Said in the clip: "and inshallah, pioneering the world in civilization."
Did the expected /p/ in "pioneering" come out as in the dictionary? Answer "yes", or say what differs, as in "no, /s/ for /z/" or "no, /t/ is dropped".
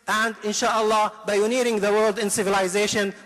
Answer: no, /b/ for /p/